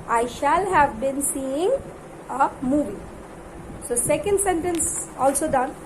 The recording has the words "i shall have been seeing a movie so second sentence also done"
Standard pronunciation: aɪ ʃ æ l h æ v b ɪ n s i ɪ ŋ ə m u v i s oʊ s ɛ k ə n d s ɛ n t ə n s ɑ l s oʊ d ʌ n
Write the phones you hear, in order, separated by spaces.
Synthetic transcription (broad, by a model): aɪ ʃ æ l h æ v b ɪ n s i ɪ ŋ ə m u v i s oʊ s ɛ k ə n d s ɛ n t ə n s ɑ l s oʊ d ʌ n